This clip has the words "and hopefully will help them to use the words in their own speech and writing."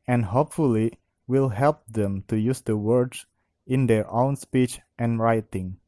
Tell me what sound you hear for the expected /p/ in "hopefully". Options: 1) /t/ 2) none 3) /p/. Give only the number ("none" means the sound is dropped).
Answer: 3